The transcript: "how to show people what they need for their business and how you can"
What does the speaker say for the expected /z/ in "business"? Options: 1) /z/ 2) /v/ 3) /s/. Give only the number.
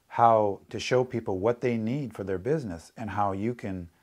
1